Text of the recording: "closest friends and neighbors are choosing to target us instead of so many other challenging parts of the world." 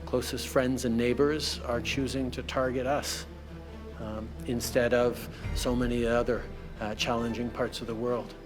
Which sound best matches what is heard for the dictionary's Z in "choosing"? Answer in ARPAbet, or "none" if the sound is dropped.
Z